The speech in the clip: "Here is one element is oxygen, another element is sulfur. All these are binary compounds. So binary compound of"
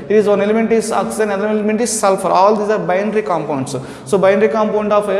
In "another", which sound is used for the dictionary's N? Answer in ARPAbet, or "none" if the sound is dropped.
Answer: L